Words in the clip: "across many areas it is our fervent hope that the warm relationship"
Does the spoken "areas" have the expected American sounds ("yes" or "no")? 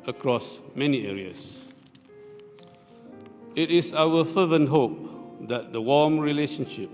no